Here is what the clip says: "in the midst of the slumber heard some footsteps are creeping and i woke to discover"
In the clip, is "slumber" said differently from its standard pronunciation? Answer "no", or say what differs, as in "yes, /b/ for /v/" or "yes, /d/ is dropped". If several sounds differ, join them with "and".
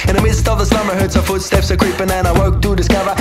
yes, /l/ is dropped